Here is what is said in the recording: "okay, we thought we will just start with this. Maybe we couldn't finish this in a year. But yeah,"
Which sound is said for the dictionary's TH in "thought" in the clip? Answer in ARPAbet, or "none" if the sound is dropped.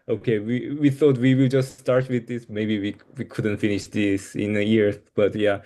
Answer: TH